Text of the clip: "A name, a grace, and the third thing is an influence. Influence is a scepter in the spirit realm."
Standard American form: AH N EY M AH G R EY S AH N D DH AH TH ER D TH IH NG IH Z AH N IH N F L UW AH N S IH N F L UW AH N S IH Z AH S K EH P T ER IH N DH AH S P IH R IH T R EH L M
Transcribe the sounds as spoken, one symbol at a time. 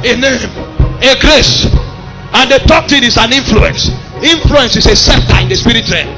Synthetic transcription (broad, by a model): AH N EY M AH G R EY S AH N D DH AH T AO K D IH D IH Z AH N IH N F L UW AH N S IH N F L UW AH N S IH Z AH S EH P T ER IH N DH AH S P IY R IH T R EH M